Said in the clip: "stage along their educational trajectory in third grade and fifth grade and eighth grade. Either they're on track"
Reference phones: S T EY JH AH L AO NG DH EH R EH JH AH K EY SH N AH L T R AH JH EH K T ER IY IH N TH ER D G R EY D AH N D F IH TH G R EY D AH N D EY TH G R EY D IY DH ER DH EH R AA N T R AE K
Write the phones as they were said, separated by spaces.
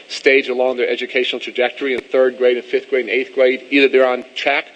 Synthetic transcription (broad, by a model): S T EY JH AH L AO NG DH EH R EH JH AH K EY SH N L T R AH JH EH K T ER IY IH N TH ER D G R EY D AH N F IH TH G R EY D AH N EY TH G R EY D IY DH ER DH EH R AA N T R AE K